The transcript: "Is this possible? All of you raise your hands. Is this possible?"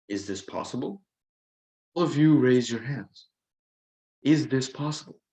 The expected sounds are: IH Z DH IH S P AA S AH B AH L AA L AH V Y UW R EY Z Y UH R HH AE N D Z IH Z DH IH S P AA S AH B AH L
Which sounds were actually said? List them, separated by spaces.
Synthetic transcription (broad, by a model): IH Z DH IH S P AA S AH B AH L AA L AH V Y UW R EY Z Y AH R HH AE N D Z IH Z DH IH S P AA S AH B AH L